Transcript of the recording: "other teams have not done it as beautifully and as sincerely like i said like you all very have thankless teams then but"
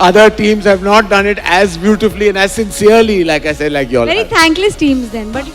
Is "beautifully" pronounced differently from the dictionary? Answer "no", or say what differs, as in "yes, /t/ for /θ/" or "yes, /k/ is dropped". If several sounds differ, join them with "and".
no